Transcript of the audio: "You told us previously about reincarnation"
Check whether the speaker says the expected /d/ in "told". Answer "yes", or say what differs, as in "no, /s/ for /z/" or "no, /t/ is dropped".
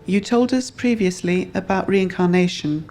yes